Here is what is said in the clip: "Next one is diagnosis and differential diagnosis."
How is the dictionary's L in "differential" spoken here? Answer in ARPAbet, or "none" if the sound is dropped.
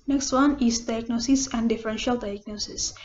L